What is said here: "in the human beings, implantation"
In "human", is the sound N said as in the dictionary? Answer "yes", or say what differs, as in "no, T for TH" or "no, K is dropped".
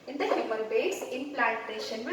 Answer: no, L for N